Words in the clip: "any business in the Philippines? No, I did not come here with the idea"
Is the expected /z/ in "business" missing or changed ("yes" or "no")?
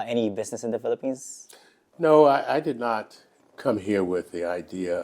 no